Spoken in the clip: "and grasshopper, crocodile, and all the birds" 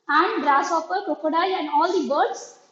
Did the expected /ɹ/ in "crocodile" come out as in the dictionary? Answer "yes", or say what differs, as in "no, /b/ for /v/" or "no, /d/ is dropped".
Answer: no, /ɹ/ is dropped